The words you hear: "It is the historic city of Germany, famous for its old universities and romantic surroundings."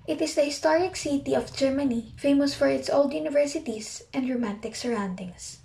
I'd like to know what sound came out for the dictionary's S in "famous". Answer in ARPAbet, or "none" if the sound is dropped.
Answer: S